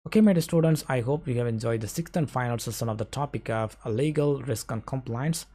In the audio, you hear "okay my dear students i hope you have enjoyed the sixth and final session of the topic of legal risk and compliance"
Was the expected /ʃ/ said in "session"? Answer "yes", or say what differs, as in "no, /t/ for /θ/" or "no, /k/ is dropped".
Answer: no, /s/ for /ʃ/